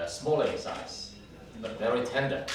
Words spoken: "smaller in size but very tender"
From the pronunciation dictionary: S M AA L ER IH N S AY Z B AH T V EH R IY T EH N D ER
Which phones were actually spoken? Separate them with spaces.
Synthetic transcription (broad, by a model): S M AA L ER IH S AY S B AH T V EH R IY T EH N D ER